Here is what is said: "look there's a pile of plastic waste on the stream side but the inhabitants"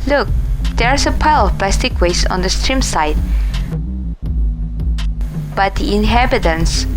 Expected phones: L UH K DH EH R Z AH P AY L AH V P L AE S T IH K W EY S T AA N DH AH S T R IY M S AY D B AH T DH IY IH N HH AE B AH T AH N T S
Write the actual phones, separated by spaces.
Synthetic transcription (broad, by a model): L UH K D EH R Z AH P AY L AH F P L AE S T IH K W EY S AA N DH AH S T R IY M S AY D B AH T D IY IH N HH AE B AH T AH N S